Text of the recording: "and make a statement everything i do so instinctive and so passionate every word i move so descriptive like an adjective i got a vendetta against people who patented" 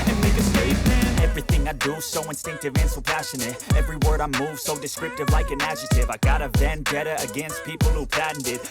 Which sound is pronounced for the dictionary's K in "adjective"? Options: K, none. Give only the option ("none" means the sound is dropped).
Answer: none